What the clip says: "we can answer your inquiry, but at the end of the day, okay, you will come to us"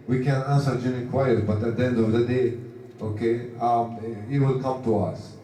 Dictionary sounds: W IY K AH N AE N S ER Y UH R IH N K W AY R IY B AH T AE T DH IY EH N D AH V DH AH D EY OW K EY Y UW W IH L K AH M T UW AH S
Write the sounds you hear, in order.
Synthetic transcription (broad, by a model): W IY K AH N AE N S ER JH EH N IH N K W AY IY B AH T AE T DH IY EH N D AH V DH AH D EY OW K EY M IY W IH L K AH M T UW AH S